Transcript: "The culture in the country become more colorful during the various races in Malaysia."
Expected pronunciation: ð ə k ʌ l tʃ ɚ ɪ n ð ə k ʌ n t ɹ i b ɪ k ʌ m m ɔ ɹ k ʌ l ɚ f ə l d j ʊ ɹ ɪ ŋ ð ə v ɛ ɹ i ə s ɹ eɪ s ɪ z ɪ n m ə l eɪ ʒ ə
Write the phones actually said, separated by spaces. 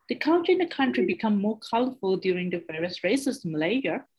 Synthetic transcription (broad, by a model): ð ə k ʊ n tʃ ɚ ɪ n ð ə k ʌ n t ɹ i b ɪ k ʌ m m ɔ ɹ k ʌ l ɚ f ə l d j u ɹ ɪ ŋ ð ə v ɛ ɹ i ə s ɹ eɪ ɪ s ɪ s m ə l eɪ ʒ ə